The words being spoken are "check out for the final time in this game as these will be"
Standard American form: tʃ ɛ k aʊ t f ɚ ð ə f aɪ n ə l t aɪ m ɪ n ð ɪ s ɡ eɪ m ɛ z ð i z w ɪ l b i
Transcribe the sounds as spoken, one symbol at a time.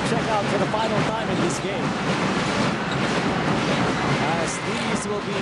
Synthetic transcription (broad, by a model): tʃ ɛ k aʊ t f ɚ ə f aɪ n l t aɪ m ɪ n ð ɪ s ɡ eɪ m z ð i z w ɪ l b i